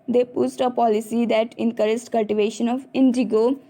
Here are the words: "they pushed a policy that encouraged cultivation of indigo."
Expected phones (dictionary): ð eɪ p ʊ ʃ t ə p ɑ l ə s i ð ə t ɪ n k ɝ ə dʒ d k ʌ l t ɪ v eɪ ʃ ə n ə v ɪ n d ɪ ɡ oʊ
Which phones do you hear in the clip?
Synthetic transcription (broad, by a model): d eɪ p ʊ s t ə p ɑ l ə s i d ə t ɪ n k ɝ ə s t k ʌ l t ɪ v eɪ ʃ ə n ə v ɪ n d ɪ ɡ oʊ